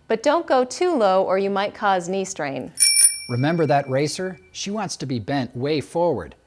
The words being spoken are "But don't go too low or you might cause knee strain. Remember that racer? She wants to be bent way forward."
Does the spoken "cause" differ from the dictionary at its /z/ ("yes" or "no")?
no